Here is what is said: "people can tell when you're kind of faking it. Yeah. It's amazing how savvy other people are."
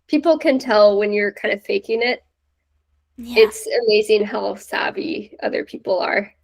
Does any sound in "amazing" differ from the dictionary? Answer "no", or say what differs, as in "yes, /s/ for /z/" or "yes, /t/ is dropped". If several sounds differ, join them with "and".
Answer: no